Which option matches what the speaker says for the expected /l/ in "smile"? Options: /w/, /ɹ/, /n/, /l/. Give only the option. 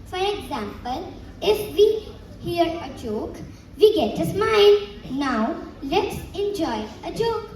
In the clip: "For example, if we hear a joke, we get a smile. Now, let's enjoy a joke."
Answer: /n/